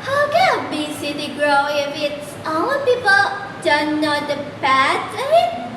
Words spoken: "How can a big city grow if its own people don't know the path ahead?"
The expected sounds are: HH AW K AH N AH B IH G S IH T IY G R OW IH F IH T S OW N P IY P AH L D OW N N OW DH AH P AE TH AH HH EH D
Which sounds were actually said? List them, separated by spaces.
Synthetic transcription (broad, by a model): HH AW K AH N AH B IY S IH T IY G R OW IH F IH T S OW P IY P AH L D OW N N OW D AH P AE S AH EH